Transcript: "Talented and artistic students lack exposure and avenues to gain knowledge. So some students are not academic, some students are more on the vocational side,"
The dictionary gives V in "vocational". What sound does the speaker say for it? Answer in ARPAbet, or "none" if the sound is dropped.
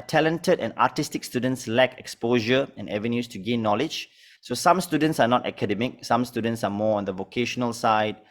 V